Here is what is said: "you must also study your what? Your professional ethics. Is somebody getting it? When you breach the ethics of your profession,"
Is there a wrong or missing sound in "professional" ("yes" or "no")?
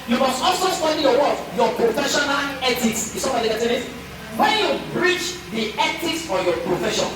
no